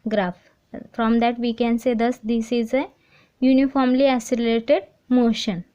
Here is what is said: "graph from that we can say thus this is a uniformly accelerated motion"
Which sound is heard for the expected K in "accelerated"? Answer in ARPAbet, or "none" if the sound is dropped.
none